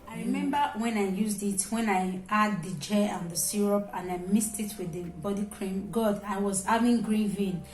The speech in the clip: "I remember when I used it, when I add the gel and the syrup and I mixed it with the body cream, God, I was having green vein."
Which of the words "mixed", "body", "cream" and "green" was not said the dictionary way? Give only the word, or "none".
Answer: mixed